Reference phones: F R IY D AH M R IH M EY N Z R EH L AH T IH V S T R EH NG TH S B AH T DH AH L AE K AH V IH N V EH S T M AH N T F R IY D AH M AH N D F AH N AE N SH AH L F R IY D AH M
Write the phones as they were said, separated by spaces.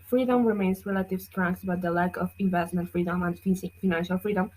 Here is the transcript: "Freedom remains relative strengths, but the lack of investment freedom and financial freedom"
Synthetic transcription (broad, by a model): F R IY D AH M R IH M EY N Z R EH L AH T IH V S T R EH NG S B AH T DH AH L AE K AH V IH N V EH S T M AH N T F R IY D AH M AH N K F AH N AE N SH AH L F R IY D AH M